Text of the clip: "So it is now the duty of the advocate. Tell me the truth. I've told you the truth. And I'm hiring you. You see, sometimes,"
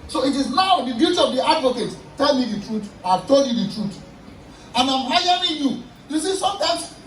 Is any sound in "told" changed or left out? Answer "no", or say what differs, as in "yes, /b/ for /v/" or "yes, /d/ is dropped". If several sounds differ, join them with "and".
no